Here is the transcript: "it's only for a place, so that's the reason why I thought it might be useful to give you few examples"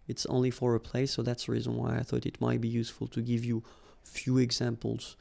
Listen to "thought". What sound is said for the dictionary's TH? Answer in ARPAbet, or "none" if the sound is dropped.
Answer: TH